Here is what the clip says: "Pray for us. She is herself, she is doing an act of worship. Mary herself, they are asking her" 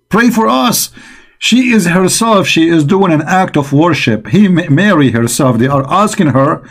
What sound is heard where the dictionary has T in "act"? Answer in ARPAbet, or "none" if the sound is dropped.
T